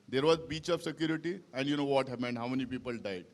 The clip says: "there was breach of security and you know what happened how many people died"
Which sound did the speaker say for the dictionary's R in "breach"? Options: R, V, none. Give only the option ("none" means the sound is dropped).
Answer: none